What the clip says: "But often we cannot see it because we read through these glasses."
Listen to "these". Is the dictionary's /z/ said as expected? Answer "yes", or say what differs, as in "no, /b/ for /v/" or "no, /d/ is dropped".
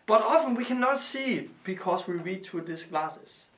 no, /s/ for /z/